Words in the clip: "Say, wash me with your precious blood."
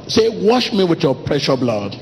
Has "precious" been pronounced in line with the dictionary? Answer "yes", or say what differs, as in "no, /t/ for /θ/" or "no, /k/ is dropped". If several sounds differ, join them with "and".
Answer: no, /s/ is dropped